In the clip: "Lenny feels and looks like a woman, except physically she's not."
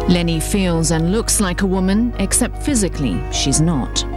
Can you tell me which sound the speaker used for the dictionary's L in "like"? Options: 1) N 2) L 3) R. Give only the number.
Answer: 2